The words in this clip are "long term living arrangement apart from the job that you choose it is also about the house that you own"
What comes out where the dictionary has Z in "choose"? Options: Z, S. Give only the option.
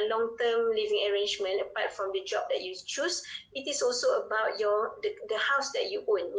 S